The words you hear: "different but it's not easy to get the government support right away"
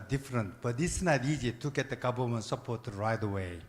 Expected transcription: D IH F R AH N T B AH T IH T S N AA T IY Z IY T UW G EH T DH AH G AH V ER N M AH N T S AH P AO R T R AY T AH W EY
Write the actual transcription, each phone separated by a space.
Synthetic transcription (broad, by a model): D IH F R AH N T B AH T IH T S N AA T IY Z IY T UW G EH T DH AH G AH B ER L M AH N S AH P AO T R AY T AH W EY